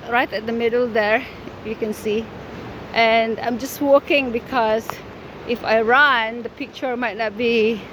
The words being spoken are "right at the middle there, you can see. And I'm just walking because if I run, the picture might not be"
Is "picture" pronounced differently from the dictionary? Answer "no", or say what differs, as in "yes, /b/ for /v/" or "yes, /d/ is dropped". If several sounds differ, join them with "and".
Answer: no